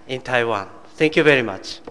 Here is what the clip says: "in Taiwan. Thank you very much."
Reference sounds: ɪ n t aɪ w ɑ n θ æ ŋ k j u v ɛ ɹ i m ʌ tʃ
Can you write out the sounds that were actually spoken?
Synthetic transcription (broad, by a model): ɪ n t aɪ w ɑ n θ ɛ ŋ k j u v ɛ ɹ i m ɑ tʃ